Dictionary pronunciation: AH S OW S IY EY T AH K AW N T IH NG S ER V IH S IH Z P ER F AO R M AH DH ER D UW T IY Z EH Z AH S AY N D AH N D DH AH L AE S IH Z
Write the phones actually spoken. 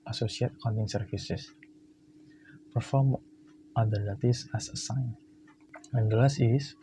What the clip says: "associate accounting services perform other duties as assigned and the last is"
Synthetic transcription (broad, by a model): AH S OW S IY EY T K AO N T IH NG S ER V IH S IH S P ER F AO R M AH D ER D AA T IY S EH S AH S AY N AH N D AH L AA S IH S